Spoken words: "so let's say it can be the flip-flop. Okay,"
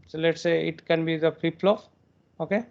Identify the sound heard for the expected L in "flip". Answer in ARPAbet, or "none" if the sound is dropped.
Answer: none